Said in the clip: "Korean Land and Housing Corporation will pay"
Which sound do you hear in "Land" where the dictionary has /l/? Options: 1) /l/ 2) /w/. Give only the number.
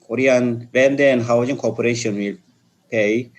2